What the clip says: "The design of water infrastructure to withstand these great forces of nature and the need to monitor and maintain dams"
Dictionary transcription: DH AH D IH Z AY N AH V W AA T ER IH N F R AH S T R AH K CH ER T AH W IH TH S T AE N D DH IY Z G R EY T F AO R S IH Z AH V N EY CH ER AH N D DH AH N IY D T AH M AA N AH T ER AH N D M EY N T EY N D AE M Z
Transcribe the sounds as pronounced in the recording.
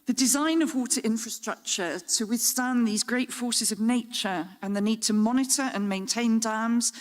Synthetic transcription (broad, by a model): DH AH D IH Z AY N AH V W AA T ER IH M F R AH S T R AH K CH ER T AH W IH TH S T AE N DH IY Z G R EY T F AO S IH Z AH V N EY CH ER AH N DH AH N IY D T AH M AA N AH T ER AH N M EY N T EY N D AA M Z